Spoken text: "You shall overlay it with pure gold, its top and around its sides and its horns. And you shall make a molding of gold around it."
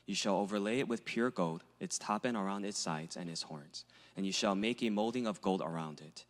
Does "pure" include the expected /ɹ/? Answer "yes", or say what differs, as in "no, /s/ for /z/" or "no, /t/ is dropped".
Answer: yes